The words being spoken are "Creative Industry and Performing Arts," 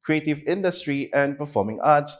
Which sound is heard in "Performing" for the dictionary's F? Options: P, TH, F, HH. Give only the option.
F